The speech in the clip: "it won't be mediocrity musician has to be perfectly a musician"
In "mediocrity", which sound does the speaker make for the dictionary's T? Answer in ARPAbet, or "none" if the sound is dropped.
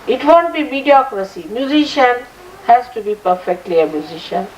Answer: S